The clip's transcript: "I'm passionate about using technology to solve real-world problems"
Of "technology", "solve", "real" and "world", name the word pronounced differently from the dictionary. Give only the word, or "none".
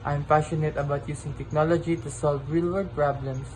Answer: world